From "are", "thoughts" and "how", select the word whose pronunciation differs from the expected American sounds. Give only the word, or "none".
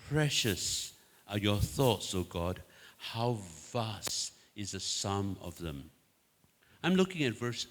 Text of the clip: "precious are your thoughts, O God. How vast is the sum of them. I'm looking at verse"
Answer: none